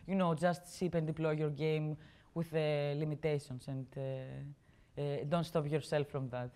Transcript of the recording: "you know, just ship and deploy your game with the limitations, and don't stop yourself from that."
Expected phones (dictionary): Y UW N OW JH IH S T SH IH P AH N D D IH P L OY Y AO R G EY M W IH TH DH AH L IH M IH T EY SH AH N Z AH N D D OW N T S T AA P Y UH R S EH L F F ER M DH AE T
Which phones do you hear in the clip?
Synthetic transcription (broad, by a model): Y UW N OW JH IH S T S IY P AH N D D IH P L OY Y AO R G EY M W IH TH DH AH L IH M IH T EY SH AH N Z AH N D D OW N T S T AA P Y UH R S EH L F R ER M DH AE T